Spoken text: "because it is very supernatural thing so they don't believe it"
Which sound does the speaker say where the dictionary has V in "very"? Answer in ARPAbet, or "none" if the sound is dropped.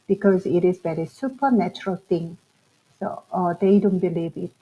B